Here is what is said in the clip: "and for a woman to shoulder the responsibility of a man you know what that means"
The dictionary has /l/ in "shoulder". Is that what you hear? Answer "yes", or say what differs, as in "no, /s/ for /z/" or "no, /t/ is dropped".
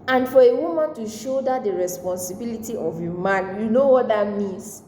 no, /l/ is dropped